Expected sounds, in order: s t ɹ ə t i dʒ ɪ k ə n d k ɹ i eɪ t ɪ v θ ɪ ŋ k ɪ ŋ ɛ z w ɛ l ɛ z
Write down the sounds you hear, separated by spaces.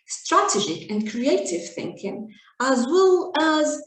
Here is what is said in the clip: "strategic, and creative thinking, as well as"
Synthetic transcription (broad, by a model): s t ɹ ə t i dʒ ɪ k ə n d k ɹ i eɪ t ɪ v θ ɪ ŋ k ɪ ŋ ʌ z w ɛ l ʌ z